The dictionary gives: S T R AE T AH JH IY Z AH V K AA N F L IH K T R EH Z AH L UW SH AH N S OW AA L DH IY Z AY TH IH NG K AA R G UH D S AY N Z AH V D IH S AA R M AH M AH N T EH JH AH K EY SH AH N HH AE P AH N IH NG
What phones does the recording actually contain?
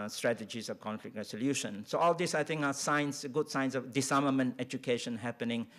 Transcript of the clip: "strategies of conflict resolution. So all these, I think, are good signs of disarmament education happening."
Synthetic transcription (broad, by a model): S T R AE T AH JH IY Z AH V K AA N F L IH K T R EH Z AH L UW SH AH N S OW AA L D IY S AY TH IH NG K AA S G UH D S AY N S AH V D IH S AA M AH M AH N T EH JH AH K EY SH AH N HH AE P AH N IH NG